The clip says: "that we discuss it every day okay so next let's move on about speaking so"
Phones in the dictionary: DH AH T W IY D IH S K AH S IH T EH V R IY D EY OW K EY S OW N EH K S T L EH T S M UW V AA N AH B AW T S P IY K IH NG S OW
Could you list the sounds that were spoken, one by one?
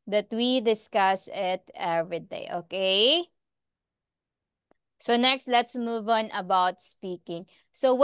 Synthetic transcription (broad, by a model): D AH T W IY D IH S K AH S IH T EH V R IY D EY OW K EY S OW N EH K S T L EH T S M UW V AA N AH B AW T S P IY K IH NG S OW